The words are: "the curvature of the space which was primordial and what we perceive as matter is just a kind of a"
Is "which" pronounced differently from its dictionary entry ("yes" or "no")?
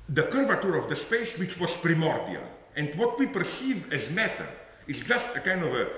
no